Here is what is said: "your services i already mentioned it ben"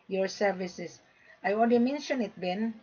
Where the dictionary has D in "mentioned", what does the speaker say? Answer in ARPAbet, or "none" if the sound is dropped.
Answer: none